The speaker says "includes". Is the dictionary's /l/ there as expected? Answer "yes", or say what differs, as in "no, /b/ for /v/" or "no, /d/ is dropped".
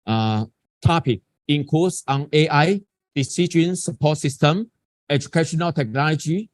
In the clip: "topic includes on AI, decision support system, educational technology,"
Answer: no, /l/ is dropped